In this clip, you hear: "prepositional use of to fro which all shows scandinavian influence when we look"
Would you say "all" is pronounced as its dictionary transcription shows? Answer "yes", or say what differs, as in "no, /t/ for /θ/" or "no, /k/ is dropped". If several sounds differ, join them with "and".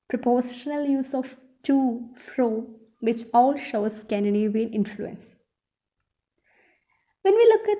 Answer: yes